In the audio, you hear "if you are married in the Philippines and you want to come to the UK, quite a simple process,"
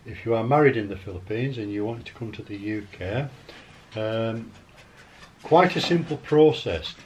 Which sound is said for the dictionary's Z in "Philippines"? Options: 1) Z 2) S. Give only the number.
1